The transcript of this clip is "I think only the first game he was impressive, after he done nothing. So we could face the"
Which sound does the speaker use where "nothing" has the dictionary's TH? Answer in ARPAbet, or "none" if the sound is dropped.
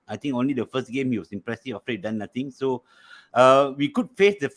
T